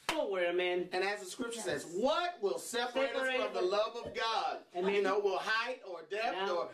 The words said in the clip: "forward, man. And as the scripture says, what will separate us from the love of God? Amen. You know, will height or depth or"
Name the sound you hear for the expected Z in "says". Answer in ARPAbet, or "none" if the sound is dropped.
Z